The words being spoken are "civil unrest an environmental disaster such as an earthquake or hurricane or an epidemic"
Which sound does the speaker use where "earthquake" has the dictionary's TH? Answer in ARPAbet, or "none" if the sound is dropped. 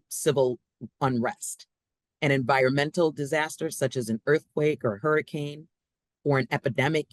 TH